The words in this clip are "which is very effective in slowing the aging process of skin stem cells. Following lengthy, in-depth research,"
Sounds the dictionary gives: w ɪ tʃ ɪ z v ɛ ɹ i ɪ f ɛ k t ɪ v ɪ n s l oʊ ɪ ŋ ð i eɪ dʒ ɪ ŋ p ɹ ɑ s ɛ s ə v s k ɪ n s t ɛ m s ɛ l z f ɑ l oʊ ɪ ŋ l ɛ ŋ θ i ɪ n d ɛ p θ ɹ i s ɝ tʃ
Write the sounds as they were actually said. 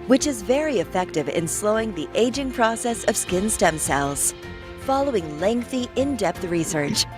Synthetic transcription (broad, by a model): w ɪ tʃ ɪ z v ɛ ɹ i ɪ f ɛ k t ɪ v ɪ n s l oʊ ɪ ŋ ð i eɪ dʒ ɪ ŋ p ɹ ɑ s ɛ s ə v s k ɪ n s t ɛ m s ɛ l z f ɑ l oʊ ɪ ŋ l ɛ ŋ θ i ɪ n d ɛ p θ ɹ i s ɝ tʃ